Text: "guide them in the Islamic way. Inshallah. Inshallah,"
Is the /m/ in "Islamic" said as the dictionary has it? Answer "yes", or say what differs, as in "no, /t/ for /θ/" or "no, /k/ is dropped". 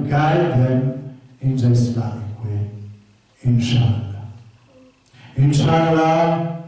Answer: no, /m/ is dropped